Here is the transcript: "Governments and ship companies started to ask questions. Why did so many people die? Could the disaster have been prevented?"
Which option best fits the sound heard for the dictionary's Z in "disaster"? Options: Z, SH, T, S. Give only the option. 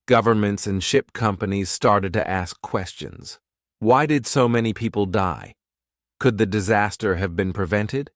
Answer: Z